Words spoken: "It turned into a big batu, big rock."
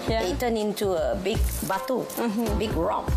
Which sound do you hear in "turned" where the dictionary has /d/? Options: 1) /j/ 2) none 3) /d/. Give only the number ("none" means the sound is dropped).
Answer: 2